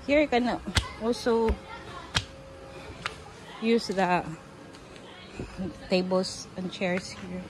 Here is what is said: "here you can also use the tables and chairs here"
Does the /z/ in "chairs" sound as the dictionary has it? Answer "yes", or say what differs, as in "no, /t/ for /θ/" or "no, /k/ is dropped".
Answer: no, /s/ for /z/